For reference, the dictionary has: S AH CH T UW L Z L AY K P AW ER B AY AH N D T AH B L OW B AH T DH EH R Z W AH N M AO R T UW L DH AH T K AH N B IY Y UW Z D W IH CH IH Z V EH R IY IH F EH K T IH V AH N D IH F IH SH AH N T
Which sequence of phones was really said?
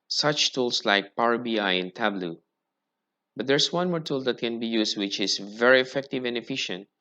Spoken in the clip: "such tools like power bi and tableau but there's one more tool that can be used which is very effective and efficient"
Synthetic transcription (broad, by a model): S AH CH T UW L S L AY K P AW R B AY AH N T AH B L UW B AH T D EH R S W AH N M AO R T UW L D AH T K AH N B IY Y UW S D W IH CH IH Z V EH R IY IH F EH K T IH V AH N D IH F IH SH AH N T